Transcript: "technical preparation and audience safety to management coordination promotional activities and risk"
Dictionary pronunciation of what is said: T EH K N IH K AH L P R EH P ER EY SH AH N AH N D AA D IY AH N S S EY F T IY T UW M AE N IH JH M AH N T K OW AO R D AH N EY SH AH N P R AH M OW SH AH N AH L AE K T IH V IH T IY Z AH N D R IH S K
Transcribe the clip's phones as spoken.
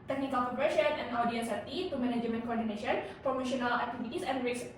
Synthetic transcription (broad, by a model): T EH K N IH K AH L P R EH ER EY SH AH N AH N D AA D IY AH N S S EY T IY T UW M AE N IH JH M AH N K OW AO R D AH N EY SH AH N P R AH M OW SH AH N AH L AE K T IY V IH T IY S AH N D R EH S